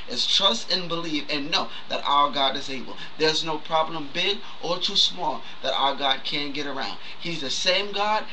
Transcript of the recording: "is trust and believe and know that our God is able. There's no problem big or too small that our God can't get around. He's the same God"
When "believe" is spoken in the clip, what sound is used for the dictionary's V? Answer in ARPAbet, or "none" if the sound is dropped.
F